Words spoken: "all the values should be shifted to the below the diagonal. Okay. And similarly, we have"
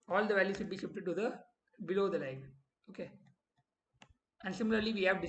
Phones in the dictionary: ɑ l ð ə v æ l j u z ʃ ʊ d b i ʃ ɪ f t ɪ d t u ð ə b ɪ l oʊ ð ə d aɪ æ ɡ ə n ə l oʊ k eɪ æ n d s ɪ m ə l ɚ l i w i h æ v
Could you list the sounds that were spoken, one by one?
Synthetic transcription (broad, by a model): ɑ l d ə v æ l j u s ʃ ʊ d b i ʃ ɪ p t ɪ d t u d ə b ɪ l oʊ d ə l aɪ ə ə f oʊ k eɪ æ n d s ɪ m ə l ɚ l i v i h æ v